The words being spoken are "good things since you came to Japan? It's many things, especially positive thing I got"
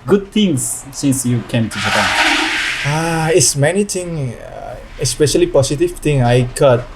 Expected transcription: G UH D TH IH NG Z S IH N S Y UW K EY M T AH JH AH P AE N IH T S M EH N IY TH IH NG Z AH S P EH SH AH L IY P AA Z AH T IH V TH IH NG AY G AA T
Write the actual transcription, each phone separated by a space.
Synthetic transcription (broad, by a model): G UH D T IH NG S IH N S Y UW K EY M T AH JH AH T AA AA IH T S M EH N IY T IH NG AH S P EH SH AH L IY P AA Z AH T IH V T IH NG AY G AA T